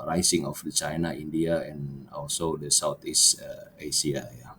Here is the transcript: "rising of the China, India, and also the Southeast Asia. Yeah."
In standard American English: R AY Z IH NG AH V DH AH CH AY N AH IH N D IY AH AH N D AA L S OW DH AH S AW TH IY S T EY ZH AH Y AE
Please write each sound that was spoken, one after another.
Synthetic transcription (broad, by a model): R AY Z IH NG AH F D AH CH AY N AH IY N D IY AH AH N AA L S OW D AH S AW T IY S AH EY S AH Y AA